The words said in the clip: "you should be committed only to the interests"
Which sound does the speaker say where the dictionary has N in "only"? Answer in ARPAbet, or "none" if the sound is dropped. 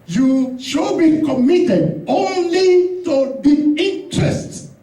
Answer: N